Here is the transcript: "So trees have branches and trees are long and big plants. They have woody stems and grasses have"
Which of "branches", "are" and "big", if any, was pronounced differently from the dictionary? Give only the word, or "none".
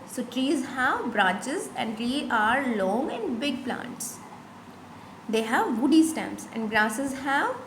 branches